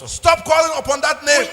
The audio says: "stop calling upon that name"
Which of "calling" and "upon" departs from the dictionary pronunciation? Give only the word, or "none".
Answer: none